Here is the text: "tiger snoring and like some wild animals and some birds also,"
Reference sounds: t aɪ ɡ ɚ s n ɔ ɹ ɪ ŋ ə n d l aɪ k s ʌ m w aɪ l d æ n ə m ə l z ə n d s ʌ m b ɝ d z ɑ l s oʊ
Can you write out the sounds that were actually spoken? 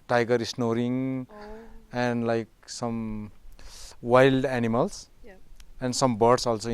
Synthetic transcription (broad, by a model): t aɪ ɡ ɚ s n ɔ ɹ ɪ ŋ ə n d l aɪ k s ʌ m w aɪ l d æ n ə m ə l s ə n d s ʌ m b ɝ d s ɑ l s oʊ